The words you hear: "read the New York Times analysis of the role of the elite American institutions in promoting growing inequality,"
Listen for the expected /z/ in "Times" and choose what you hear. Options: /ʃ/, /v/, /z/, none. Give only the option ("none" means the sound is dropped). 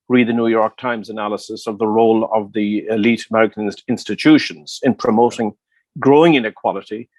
/z/